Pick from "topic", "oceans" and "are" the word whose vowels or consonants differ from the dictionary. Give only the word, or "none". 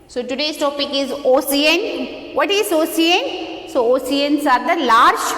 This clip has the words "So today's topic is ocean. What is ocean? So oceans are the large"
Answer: oceans